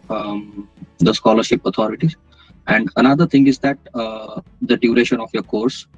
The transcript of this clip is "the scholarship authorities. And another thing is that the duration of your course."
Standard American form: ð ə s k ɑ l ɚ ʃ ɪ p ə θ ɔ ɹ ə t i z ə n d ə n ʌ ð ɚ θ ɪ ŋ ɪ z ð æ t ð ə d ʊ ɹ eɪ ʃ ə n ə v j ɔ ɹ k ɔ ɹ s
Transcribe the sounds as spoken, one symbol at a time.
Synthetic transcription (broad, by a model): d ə s k ɑ l ɚ ʃ ɪ p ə t ɔ ɹ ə t i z ə n d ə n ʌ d ɚ t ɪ ŋ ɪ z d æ t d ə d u ɹ eɪ ʃ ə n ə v j ɔ ɹ k ɔ ɹ s